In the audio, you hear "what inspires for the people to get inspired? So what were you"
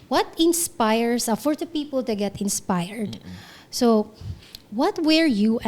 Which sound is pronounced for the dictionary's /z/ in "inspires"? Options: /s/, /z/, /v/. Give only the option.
/s/